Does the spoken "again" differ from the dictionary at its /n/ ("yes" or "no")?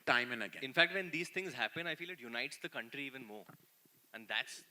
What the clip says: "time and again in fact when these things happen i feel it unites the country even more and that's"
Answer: yes